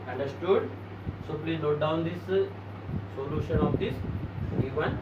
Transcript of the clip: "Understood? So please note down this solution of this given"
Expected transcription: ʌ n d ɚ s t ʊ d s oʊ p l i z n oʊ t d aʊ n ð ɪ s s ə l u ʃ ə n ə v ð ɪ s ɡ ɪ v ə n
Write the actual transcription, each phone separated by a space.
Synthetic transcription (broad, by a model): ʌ n d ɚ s t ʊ d s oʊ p l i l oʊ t d aʊ n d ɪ s s ə l u ʃ ə n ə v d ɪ s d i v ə n